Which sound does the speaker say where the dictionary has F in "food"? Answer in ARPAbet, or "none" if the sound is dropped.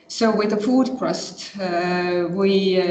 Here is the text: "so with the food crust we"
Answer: F